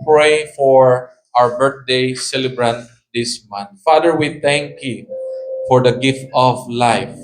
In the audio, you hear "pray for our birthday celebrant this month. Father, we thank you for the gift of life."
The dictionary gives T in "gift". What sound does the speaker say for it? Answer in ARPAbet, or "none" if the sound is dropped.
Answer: T